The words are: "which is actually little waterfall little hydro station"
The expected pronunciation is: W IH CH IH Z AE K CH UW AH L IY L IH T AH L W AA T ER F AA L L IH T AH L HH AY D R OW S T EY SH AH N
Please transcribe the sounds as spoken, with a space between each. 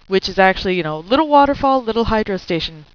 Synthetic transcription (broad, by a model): W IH CH IH Z AE K CH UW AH N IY L IH T L W AA T ER F AA L L IH T L HH AY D R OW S T EY SH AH N